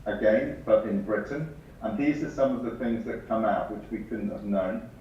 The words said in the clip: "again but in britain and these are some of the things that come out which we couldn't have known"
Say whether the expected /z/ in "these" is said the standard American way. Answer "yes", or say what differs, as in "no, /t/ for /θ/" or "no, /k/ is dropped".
yes